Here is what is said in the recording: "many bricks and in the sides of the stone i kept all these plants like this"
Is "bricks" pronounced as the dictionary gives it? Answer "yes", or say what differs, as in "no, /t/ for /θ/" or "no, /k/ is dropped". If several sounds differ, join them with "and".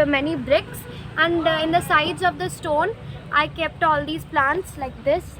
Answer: yes